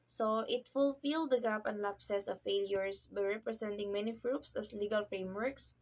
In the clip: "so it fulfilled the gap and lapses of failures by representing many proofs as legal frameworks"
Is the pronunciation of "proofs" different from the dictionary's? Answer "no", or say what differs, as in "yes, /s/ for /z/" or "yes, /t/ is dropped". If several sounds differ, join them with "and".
yes, /f/ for /p/ and /p/ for /f/